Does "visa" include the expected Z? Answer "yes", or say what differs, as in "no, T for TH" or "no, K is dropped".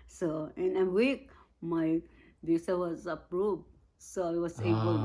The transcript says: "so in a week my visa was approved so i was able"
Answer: no, S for Z